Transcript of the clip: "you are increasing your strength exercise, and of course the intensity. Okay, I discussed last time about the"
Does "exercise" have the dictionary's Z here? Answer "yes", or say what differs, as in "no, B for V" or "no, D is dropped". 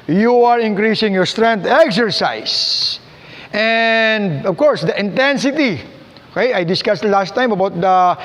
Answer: no, S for Z